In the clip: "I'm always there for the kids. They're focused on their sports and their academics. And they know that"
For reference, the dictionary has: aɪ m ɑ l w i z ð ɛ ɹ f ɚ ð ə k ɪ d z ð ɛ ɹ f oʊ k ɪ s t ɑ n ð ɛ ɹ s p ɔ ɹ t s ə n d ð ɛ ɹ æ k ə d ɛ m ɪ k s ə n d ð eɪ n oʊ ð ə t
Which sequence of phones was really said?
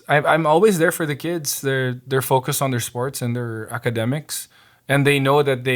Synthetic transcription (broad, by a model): aɪ m ɑ l w i z ð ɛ ɹ f ɚ ð ə k ɪ d z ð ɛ ɹ f oʊ k ɪ s t n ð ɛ ɹ s p ɔ ɹ t s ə n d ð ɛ ɹ æ k ə d ɛ m ɪ k s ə n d ð eɪ n oʊ ð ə t